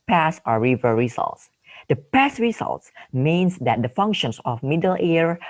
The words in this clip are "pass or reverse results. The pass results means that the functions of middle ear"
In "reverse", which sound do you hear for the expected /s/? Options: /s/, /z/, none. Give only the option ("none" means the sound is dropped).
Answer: none